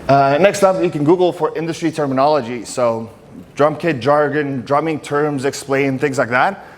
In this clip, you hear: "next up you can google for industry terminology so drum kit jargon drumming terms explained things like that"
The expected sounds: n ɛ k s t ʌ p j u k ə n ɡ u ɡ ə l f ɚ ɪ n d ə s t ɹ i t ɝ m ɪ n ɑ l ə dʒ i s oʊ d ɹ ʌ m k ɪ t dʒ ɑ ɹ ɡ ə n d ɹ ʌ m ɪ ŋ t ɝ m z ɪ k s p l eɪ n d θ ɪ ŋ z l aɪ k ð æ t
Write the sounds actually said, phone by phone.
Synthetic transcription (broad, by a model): n ɛ k s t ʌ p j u k ə n ɡ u ɡ l f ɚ ɪ n d ə s t ɹ i t ɝ m ɪ n ɑ l ə dʒ i s oʊ d ɹ ʌ m k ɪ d dʒ ɑ ɹ ɡ ə n d ɹ ʌ m ɪ ŋ t ɝ m z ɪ k s p l eɪ n θ ɪ ŋ z l aɪ k ð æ t